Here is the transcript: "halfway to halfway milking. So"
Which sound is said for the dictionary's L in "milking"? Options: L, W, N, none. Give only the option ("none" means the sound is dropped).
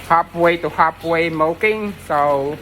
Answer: none